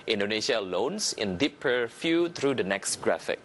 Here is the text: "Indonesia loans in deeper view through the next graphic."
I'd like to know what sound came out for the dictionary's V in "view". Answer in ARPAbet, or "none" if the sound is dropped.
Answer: F